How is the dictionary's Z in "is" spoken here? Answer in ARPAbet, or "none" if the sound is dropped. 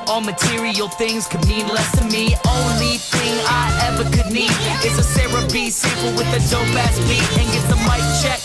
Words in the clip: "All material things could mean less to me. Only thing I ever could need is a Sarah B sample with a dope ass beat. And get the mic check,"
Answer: S